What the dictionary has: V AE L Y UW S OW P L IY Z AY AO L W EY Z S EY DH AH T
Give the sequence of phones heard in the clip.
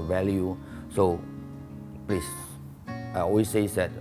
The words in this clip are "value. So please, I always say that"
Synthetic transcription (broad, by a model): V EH L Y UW S OW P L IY S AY AO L W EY S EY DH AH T